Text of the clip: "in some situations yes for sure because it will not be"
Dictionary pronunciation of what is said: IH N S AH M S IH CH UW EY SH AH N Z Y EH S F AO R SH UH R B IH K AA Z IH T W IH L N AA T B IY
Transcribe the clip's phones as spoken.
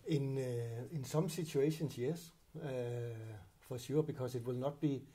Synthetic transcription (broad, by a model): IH N S AH M S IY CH UW EY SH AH N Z Y EH S F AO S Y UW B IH K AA S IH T W IH L N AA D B IY